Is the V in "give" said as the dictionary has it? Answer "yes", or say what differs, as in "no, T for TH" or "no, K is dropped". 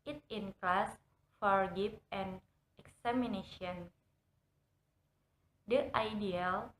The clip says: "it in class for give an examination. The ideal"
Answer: no, P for V